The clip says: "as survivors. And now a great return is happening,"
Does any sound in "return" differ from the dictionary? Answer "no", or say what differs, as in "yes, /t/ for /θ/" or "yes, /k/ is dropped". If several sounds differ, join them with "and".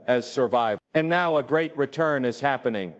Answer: no